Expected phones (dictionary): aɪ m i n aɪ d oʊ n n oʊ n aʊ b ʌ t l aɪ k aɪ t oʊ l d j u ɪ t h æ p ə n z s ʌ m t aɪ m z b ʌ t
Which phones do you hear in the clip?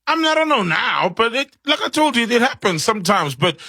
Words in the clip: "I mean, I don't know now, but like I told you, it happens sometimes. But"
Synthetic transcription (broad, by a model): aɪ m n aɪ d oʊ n n oʊ n aʊ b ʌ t l aɪ k aɪ t oʊ l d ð ɪ t h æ p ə n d s ʌ m t aɪ m z b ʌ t